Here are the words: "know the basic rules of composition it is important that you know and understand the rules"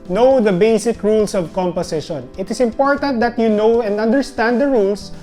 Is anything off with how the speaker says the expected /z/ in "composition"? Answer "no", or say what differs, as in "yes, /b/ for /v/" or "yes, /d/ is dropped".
yes, /s/ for /z/